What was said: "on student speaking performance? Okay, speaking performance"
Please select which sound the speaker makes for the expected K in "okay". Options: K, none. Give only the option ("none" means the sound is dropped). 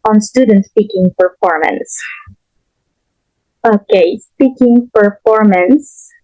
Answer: K